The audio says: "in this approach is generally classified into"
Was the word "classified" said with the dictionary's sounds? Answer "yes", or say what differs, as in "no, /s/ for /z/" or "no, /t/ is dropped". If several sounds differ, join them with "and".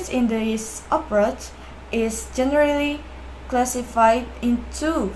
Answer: yes